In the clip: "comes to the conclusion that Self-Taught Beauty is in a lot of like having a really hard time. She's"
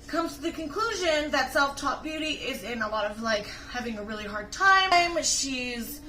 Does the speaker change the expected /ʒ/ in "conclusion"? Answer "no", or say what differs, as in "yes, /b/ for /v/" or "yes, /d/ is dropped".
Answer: no